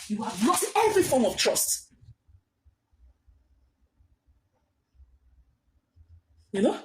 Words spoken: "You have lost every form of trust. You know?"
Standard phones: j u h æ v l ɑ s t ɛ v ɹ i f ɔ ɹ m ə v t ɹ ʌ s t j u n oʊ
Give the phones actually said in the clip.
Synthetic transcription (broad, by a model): j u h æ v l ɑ t ɛ v ɹ i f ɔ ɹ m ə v t ɹ ʌ s t j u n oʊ